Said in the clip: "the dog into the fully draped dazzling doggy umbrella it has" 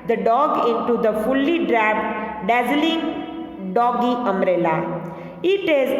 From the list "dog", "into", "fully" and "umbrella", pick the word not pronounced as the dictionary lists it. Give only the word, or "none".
umbrella